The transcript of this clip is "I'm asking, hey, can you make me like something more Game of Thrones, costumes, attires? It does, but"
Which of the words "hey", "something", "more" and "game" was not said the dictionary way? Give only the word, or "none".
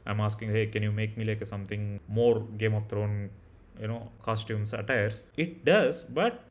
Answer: something